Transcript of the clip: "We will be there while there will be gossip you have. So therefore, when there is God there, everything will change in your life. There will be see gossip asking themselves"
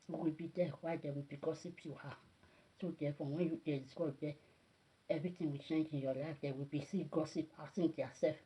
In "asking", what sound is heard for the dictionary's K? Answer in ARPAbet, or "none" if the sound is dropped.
none